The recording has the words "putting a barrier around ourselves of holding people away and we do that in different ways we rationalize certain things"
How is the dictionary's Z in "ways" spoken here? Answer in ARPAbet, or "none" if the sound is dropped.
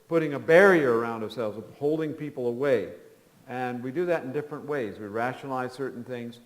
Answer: Z